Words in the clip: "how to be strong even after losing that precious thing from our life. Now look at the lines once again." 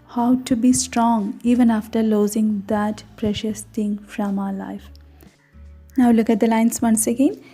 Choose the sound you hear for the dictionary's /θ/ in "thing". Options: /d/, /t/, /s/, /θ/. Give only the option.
/t/